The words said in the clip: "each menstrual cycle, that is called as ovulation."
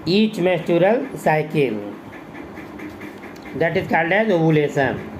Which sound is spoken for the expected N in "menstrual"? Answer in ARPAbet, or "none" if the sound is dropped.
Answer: none